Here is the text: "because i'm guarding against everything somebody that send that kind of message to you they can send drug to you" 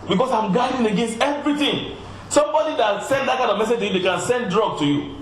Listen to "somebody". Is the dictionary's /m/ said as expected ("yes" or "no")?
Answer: yes